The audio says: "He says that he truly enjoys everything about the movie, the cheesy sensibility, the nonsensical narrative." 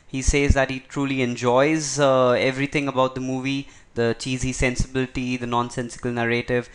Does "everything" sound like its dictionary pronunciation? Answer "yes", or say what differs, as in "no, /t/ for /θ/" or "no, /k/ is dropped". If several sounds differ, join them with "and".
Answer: no, /t/ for /θ/